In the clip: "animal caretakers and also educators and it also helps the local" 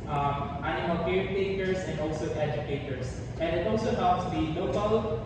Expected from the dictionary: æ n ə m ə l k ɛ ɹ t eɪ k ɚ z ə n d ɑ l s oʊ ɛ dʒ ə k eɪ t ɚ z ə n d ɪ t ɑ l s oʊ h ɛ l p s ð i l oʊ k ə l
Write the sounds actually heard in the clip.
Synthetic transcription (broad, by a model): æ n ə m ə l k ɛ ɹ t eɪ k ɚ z ə n d ɑ l s oʊ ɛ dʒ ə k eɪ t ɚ s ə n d ɪ t ɑ l s oʊ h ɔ p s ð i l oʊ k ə l